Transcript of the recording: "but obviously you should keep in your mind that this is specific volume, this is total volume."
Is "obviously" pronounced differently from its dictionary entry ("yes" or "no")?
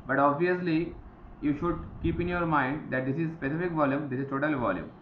no